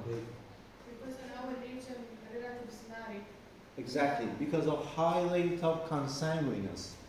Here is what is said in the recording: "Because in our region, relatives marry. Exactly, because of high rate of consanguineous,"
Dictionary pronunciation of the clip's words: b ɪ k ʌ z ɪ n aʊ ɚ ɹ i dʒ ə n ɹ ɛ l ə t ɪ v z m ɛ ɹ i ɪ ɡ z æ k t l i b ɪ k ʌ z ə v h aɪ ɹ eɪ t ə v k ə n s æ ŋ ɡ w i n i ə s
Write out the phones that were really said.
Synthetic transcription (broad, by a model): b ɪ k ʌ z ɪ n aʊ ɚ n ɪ ʃ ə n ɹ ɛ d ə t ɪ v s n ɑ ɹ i ɪ ɡ z æ k t l i b ɪ k ʌ z ə v h aɪ l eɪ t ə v k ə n s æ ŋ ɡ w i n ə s